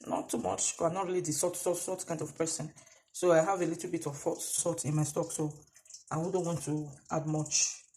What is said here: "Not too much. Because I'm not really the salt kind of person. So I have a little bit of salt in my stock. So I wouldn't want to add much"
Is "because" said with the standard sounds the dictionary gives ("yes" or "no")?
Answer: no